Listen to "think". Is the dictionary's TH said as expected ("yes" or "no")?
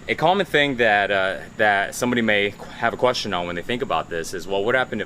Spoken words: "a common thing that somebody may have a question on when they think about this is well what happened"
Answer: yes